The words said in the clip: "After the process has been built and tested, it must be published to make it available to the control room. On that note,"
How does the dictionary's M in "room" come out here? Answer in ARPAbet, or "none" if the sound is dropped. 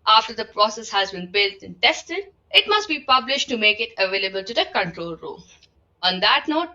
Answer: none